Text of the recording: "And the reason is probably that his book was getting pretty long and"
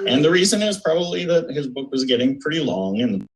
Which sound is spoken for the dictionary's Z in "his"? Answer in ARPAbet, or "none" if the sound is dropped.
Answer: Z